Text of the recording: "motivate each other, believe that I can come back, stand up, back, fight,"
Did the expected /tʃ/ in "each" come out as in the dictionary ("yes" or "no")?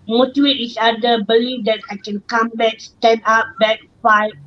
no